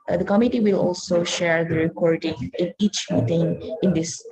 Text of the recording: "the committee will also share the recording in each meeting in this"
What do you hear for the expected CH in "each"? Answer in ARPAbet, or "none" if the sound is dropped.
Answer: CH